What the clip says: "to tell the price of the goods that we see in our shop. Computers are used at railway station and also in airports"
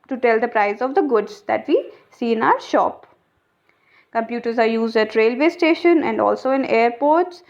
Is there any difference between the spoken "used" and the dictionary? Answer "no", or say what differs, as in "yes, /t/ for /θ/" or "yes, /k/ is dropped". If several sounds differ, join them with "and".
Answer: no